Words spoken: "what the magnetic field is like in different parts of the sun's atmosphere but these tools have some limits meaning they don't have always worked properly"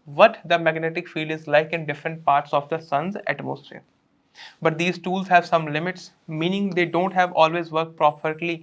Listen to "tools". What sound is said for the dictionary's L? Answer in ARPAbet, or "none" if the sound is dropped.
L